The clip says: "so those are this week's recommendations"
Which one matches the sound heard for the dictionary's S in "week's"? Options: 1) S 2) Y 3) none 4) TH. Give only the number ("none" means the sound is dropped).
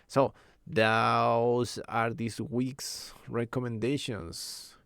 1